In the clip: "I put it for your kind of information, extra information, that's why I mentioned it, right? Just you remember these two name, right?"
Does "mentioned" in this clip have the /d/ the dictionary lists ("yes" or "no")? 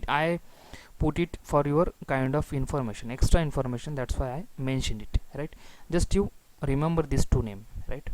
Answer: yes